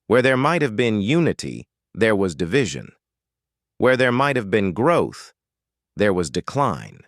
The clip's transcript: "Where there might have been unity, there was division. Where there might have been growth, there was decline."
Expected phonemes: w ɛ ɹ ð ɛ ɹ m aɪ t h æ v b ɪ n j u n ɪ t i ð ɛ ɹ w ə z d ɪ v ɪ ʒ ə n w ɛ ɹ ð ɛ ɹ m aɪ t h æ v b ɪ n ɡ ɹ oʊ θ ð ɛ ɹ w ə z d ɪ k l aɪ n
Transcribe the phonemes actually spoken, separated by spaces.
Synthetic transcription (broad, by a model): w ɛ ɹ ð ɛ ɹ m aɪ t h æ v b ɪ n j u n ɪ t i ð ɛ ɹ w ə z d ɪ v ɪ ʒ ə n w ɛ ɹ ð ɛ ɹ m aɪ t h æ v b ɪ n ɡ ɹ oʊ θ ð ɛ ɹ w ə z d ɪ k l aɪ n